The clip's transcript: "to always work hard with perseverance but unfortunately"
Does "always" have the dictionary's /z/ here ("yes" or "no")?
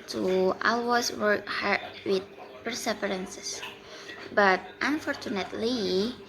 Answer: no